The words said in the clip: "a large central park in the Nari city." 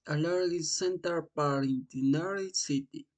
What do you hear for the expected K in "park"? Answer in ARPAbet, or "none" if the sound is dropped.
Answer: none